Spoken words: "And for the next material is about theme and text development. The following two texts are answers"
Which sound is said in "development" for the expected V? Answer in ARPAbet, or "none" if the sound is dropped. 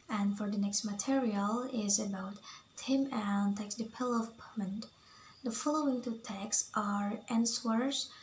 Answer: P